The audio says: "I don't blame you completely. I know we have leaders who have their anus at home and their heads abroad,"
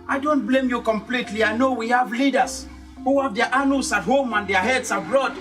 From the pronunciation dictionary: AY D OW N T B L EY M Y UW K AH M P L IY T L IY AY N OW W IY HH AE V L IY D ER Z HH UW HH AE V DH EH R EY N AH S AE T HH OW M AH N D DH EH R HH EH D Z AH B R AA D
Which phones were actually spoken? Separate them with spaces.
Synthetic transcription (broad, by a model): AY D OW N T B L EY M Y UW K AH M P L IY T L IY AY N OW W IY HH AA V L IY D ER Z HH UW HH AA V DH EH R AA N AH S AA T HH OW M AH N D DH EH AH HH EH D S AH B R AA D